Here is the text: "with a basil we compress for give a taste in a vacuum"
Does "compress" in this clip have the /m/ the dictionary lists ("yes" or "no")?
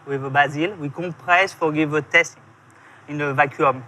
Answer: no